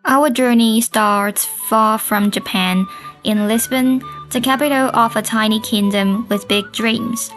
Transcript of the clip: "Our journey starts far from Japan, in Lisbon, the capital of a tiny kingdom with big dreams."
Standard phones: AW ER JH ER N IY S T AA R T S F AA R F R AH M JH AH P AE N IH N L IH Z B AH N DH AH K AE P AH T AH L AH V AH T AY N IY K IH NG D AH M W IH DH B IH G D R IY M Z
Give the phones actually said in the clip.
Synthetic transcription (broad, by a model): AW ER JH ER N IY S T AA R T S F AA R F R AH M JH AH P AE N IH N L IH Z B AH N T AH K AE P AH T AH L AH F AH T AY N IY K IH NG D AH M W IH DH B IH G D R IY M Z